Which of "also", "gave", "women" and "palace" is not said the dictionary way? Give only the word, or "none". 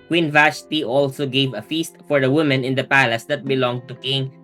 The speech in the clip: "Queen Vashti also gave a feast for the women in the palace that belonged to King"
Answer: none